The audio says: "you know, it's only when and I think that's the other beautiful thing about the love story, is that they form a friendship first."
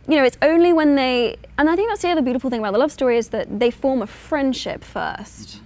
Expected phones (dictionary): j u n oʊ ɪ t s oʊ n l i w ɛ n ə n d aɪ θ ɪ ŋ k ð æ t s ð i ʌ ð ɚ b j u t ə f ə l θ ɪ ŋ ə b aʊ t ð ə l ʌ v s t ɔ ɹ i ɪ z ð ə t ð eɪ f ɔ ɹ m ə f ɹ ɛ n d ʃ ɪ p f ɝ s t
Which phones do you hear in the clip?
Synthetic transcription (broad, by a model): j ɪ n oʊ ɪ t s oʊ n l i w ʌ n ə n aɪ θ ɪ ŋ k ð æ t s ð i ʌ ð ɚ b j u t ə f l θ ɪ ŋ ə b aʊ t ð ə l ʌ v s t ɔ ɹ i ɪ z ð ə t ð eɪ f ɔ ɹ m ə f ɹ ɛ n d ʃ ɪ p f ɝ s t